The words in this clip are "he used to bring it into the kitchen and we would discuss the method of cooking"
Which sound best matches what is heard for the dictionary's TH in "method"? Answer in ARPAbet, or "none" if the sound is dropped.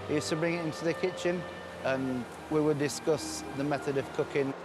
TH